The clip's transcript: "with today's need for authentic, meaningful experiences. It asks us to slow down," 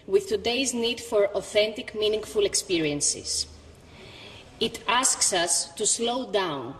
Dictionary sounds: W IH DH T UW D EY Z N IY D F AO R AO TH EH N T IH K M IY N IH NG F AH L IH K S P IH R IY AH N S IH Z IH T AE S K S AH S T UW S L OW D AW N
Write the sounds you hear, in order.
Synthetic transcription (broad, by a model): W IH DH T UW D EY Z N IY D F AO R AO TH EH N T IH K M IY N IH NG F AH L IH K S P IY R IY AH N S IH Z IH T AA S K S AH S T UW S L OW D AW N